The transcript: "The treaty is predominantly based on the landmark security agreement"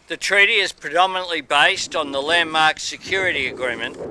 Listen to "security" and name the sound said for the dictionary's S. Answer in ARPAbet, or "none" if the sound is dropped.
S